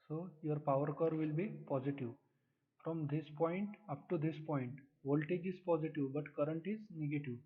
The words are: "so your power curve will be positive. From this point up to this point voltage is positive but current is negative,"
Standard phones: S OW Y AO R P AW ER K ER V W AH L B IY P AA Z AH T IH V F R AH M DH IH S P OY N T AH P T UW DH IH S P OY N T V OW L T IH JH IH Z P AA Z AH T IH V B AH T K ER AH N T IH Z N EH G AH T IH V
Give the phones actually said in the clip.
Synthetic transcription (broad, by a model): S OW Y AO R P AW ER K ER V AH L B IY P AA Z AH T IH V F R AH M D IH S P OY N T AH P T UW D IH S P OY N T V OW L T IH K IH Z P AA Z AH T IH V B AH T K ER AH N T IH Z N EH G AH T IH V